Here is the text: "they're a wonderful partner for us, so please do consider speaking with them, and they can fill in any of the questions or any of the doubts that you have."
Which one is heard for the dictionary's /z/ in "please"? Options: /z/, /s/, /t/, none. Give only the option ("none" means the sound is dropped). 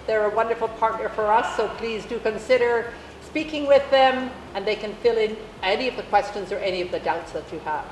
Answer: /z/